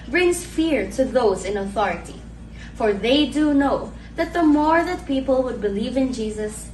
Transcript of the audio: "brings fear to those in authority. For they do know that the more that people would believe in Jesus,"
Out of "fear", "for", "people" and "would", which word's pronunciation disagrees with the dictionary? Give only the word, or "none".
none